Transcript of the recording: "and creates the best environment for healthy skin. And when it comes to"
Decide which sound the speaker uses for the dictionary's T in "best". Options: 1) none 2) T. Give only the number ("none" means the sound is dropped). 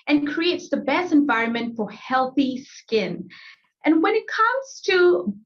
2